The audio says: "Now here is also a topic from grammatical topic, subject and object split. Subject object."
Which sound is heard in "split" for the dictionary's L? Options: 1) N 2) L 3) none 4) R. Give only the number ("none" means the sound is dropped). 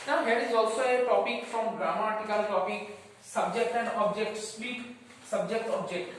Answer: 3